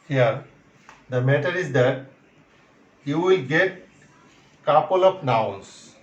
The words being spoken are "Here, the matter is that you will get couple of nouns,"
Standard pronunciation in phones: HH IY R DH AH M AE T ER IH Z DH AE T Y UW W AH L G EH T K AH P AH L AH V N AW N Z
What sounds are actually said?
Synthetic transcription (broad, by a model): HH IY R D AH M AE T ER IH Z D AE T Y UW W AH L G EH T K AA P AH L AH P N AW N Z